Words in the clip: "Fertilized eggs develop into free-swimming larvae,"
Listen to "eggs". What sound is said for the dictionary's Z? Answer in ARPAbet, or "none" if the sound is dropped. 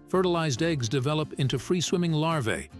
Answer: Z